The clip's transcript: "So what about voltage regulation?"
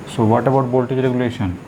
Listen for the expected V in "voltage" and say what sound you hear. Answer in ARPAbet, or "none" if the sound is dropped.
B